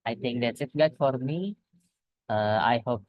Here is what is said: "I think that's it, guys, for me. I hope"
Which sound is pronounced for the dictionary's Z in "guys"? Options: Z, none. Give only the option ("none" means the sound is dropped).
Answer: none